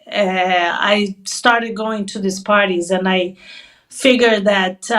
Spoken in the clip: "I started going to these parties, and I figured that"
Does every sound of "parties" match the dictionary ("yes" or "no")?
yes